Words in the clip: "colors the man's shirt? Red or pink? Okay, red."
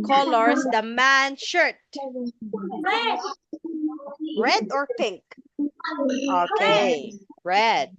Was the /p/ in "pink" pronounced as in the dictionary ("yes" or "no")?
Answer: yes